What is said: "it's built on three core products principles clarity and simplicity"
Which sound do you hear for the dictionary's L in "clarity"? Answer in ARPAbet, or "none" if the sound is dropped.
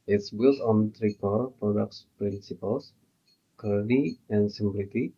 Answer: none